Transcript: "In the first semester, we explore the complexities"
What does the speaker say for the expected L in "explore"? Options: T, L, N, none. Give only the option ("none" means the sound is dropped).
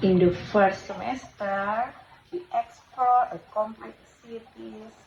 none